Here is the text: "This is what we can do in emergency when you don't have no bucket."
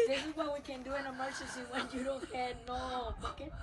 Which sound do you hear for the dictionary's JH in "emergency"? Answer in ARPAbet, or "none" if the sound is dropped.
CH